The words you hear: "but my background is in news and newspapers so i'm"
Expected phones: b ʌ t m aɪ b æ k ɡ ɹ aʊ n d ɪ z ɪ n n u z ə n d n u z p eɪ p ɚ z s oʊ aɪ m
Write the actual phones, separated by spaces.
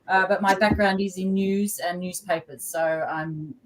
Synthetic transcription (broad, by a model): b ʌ t m aɪ b æ k ɡ ɹ aʊ n d ɪ z ɪ n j u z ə n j u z p eɪ p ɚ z s oʊ aɪ m